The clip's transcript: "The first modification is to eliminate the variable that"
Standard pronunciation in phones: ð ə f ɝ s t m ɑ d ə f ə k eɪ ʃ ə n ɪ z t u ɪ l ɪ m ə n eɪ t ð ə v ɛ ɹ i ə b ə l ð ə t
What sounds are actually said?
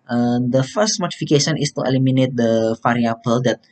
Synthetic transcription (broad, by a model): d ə f ɝ s t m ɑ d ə f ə k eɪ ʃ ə n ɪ s t u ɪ l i m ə n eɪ t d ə f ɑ ɹ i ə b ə l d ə t